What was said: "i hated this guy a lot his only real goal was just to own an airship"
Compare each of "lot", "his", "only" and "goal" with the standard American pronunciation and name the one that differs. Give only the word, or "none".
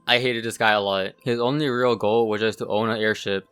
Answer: none